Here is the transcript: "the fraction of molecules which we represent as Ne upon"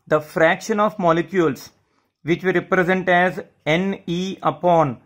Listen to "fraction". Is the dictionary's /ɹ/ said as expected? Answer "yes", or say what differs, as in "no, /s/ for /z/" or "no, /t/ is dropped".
yes